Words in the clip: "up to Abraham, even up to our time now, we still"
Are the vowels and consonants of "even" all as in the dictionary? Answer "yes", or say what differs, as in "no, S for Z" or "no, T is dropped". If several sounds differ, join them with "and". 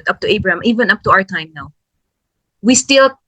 yes